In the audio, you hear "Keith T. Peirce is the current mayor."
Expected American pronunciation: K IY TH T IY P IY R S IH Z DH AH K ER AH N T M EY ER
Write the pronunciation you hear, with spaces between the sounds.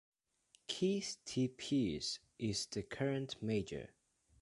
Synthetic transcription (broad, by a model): K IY S T IY P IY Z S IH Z DH AH K ER AH N T M EY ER